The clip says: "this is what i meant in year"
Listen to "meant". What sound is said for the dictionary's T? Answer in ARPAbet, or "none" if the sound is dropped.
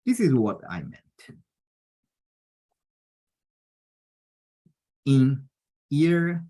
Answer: T